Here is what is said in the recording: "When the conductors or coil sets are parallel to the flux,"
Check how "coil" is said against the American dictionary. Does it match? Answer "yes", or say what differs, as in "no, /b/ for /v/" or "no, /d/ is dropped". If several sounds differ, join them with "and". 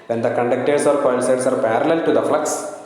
no, /n/ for /l/